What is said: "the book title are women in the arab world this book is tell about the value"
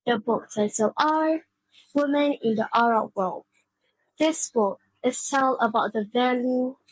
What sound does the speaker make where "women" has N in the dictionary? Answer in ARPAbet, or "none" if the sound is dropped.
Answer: N